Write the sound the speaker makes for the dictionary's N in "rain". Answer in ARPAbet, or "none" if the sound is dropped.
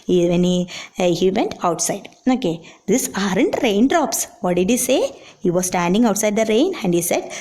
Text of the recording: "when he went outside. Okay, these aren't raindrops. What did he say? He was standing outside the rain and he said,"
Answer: N